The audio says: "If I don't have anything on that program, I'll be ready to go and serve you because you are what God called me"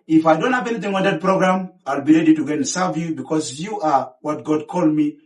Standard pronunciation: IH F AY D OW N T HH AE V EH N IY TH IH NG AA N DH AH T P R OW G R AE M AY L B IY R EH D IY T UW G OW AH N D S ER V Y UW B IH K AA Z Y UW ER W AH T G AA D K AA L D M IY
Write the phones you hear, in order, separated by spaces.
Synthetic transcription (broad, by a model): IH F AY D OW N T HH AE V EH N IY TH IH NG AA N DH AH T P R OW G R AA M AY L B IY R EH D IY T UW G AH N S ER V Y UW B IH K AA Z Y UW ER W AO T G AA D K AA L D M IY